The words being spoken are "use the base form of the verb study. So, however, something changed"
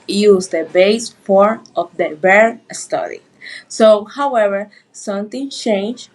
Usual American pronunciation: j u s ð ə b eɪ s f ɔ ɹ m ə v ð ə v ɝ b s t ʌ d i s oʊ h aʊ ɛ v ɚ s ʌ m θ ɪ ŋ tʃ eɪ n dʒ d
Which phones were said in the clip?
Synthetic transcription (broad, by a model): j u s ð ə b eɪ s f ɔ ɹ ə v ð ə b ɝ s t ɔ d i s oʊ h aʊ ɛ v ɚ s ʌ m t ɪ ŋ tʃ eɪ n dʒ